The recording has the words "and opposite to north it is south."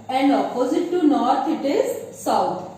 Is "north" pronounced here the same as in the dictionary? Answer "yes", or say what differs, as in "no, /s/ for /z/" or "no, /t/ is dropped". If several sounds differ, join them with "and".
no, /t/ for /θ/